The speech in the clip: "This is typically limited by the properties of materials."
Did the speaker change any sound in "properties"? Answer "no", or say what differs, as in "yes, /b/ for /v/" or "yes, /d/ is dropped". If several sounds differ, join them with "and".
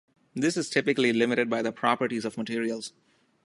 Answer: no